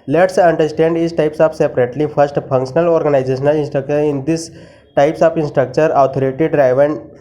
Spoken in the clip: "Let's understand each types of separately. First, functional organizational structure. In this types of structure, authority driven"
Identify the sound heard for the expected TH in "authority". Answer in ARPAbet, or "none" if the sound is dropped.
T